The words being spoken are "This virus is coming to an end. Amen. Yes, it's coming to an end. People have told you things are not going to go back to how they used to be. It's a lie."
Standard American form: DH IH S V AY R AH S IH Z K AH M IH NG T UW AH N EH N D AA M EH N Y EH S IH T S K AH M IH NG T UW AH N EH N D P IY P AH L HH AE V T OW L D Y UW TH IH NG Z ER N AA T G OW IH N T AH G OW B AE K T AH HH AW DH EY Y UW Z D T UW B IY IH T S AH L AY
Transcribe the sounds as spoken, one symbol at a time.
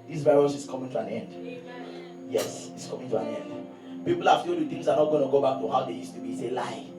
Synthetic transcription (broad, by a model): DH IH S V AY R AH S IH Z K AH M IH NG T UW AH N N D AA EH N Y EH S IH T S K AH M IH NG T UW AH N EH N D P IY P L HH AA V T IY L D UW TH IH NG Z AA N AA T G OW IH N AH G OW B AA K T AH HH AW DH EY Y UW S T UW B IY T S AH L AY